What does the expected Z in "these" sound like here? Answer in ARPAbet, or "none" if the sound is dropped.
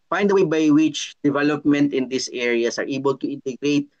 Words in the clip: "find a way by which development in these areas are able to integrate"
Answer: S